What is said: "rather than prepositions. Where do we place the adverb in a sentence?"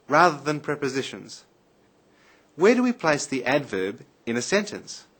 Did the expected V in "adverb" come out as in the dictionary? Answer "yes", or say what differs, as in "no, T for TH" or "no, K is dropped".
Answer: yes